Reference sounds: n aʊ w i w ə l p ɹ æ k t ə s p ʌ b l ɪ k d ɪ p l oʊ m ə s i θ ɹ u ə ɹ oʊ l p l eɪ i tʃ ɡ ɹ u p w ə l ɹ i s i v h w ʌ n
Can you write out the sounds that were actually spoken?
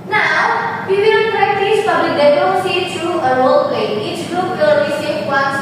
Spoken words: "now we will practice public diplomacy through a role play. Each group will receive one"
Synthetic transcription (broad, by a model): n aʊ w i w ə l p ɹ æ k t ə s f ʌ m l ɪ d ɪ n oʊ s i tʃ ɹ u ə ɹ oʊ l p l eɪ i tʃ ɡ ɹ u p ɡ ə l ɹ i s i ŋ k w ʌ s